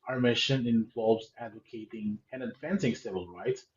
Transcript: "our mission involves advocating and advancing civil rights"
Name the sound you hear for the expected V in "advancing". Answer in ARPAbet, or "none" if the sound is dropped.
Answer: F